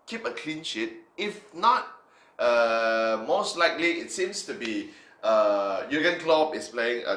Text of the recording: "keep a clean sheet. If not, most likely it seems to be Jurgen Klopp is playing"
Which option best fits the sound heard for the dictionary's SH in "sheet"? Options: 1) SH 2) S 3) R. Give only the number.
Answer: 1